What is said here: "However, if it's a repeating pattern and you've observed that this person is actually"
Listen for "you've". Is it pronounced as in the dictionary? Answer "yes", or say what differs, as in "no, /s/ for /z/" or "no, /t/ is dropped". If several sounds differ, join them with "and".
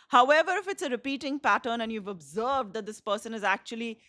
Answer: yes